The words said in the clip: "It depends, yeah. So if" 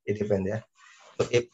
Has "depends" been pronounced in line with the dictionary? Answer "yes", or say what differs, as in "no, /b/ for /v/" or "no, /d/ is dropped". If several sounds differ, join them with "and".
no, /z/ is dropped